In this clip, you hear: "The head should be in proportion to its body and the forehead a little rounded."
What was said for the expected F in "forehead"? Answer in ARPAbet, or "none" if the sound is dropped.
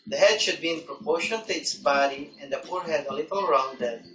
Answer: P